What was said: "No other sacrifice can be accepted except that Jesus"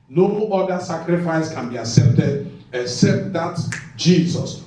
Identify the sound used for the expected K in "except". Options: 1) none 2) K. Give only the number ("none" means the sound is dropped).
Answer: 2